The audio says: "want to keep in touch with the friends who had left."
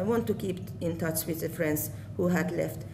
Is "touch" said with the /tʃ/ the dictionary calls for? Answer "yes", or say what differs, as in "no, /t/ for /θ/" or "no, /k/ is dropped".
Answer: yes